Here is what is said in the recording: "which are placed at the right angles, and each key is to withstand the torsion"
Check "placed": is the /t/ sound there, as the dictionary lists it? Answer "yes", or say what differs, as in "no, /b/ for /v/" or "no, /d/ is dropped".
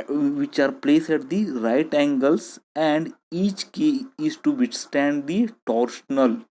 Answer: no, /t/ is dropped